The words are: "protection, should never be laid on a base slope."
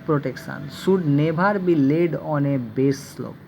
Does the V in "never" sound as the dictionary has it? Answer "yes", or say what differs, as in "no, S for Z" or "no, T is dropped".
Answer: no, B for V